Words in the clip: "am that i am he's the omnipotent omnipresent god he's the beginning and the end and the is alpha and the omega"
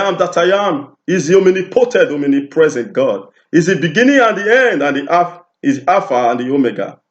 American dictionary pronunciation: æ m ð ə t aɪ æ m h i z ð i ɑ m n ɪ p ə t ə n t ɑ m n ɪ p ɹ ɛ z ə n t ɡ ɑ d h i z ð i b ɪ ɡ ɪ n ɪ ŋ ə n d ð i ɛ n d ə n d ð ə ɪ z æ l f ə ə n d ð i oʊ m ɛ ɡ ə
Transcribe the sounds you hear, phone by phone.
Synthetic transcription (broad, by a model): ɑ m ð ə t aɪ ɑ m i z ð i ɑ m n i p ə t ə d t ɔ m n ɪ p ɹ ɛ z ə n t ɡ ɑ d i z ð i b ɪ ɡ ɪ n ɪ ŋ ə n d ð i ɛ n d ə n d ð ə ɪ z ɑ f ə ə n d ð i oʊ m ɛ ɡ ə